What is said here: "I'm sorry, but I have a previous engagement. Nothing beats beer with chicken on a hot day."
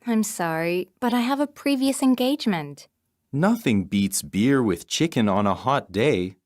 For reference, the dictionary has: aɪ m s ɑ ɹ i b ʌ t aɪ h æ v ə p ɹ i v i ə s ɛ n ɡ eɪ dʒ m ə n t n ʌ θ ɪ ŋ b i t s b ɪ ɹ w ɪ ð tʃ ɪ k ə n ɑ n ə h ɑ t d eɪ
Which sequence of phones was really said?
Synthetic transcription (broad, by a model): aɪ m s ɑ ɹ i b ʌ t aɪ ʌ v ə p ɹ i v i ə s ɛ n ɡ eɪ dʒ m ə n t n ʌ θ ɪ ŋ b i t s b ɪ ɹ w ɪ ð tʃ ɪ k ə n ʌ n ə h ɑ t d eɪ